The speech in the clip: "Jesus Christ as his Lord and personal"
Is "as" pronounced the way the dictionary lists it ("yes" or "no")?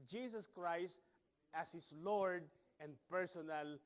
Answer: no